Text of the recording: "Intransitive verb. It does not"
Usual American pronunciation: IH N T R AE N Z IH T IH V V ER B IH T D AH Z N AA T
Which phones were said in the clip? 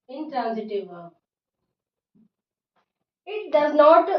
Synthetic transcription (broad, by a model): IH N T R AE N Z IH T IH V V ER IH T D AH Z N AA T